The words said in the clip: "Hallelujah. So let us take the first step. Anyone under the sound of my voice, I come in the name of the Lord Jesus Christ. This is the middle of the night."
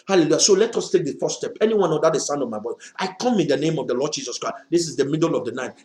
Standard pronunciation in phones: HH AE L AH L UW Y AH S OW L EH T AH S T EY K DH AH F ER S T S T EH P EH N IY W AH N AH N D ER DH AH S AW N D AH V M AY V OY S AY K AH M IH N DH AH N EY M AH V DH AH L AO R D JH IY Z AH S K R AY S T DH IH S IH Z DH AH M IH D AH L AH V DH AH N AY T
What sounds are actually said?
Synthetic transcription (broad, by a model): HH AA L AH L UW Y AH S OW L EH T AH S T EY K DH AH F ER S S T EH P EH N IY W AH N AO D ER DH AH S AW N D AH V M AY B OY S AY K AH M IH N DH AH N EY M AH V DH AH L AO D JH IY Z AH S K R AY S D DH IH S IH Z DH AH M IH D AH L AH V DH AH N AY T